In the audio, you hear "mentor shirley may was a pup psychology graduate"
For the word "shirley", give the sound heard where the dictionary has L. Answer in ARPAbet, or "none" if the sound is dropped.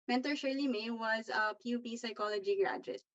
L